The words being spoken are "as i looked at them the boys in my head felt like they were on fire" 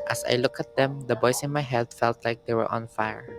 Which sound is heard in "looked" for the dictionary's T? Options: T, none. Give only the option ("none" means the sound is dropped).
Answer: none